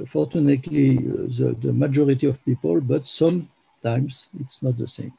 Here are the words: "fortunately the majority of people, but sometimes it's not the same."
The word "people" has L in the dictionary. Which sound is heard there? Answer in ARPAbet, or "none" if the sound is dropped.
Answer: L